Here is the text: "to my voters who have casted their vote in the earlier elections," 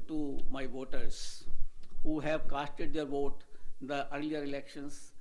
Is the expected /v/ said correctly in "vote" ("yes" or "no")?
yes